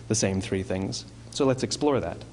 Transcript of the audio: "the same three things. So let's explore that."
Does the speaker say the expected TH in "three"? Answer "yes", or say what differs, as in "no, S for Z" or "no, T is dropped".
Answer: yes